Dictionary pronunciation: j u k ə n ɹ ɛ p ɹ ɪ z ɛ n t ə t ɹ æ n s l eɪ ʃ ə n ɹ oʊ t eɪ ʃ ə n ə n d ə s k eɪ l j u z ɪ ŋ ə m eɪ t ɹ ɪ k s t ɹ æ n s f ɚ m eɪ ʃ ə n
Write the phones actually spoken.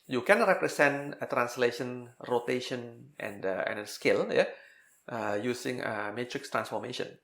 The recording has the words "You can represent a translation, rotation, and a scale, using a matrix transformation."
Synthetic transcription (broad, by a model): j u k ə n ɹ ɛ p ɹ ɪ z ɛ n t ə t ɹ æ n s l eɪ ʃ ə n ɹ oʊ t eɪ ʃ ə n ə n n ə s k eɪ l j u s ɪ ŋ ə m eɪ t ɹ ɪ k s t ɹ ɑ n s f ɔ m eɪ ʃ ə n